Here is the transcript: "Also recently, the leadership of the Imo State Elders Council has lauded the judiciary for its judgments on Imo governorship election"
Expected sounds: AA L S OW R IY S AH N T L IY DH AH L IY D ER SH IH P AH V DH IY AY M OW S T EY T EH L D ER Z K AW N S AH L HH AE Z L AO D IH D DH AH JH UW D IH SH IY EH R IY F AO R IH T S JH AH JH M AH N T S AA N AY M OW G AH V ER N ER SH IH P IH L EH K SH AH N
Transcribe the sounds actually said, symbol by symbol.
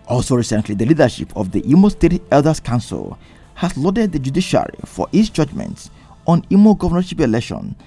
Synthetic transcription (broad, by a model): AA L S OW R IY S AH N T L IY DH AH L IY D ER SH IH P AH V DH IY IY M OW S T EY T EH L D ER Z K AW N S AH L HH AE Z L AO D IH D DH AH JH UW D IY SH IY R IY F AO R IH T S JH AH JH M AH N T S AA N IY M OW G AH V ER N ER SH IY P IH L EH K SH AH N